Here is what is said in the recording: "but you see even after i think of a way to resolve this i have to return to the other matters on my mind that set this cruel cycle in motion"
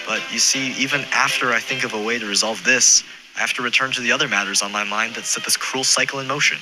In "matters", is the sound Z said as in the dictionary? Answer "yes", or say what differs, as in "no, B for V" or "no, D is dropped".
yes